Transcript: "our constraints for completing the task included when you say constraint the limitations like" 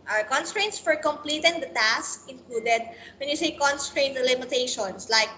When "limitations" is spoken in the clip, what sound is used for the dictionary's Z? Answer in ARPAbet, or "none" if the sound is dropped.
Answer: S